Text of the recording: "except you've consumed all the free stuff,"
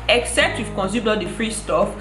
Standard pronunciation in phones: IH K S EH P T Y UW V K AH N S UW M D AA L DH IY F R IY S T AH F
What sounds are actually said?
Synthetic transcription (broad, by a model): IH K S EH P T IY F K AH N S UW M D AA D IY F R IY S T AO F